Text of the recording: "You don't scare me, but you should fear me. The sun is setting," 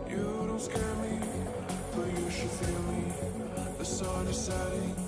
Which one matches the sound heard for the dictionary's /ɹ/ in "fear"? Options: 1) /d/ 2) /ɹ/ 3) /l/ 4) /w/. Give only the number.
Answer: 3